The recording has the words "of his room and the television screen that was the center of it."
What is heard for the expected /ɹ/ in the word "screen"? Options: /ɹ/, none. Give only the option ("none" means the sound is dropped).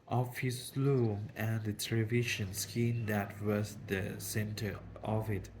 none